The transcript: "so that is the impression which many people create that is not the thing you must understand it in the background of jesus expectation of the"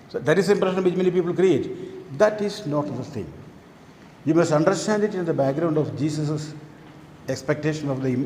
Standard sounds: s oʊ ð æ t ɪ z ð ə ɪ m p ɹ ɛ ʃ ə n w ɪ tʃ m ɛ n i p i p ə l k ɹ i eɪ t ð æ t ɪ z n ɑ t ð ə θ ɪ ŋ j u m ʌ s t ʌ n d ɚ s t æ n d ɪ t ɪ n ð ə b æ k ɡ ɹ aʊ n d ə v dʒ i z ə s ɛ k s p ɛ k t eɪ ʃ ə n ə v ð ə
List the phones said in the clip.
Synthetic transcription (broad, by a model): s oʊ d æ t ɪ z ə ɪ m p ɹ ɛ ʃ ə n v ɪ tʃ m ɛ n i p i p ə l k ɹ i eɪ t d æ t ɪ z n ɑ t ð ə s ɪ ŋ j u m ʌ s t ʌ n d ɚ s t æ n d ɪ t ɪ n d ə b æ k ɡ ɹ aʊ n d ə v dʒ i s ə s ɛ k s p ɛ k t eɪ ʃ ə n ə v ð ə